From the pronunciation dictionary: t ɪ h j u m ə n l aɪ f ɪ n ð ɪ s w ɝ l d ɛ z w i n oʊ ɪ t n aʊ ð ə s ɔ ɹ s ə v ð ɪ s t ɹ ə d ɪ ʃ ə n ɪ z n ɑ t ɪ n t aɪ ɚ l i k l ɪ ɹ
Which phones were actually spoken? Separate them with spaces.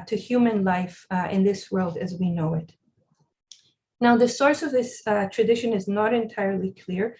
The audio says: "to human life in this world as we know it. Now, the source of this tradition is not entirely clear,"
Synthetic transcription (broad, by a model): t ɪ h j u m ə n l aɪ f ɪ n ð ɪ s w ɝ l d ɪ z w i n oʊ ɪ t n aʊ ð ə s ɔ ɹ s ə v ð ɪ s t ɹ ə d ɪ ʃ ə n ɪ z n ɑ t ɪ n t aɪ ɚ l i k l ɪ ɹ